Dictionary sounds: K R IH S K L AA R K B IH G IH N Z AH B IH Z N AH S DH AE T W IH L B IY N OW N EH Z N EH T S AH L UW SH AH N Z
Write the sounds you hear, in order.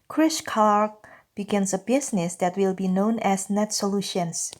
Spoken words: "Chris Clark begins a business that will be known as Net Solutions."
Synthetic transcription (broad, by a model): K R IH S K AA R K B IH G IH N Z AH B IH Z N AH S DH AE T W IH L B IY N OW N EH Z N EH T S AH L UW SH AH N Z